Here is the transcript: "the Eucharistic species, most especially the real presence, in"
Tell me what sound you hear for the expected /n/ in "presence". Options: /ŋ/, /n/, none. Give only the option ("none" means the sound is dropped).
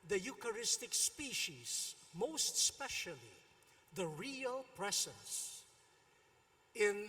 none